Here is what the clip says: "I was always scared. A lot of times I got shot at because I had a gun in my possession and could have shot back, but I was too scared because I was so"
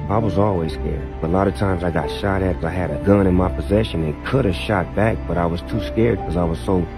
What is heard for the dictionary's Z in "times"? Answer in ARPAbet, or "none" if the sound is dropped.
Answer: Z